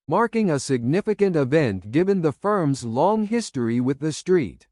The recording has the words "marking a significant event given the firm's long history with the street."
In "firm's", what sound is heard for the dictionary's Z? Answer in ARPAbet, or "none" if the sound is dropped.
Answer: Z